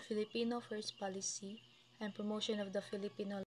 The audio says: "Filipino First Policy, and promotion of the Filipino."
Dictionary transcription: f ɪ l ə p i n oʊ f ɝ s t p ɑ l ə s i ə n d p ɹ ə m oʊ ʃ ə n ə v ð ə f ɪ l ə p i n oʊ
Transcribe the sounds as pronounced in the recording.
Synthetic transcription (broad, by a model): f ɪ l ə p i n oʊ f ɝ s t p ɑ l ə s i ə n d p ɹ ə m oʊ ʃ ə n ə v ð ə f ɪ l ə p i n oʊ